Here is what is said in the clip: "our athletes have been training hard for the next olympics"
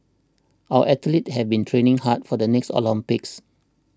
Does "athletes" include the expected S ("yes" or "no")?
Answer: no